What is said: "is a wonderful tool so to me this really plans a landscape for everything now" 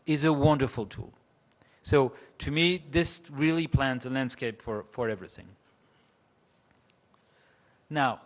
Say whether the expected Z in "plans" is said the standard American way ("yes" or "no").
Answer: yes